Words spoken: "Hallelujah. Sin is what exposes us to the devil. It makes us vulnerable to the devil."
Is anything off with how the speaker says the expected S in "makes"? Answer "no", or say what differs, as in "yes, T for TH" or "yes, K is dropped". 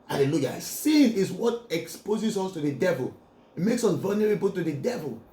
no